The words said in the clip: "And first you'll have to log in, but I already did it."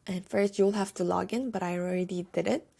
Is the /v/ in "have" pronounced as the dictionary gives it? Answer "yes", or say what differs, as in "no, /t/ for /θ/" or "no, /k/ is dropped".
no, /f/ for /v/